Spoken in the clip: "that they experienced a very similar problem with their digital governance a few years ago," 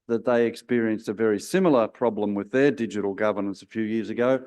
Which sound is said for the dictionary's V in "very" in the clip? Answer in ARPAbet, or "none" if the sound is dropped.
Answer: V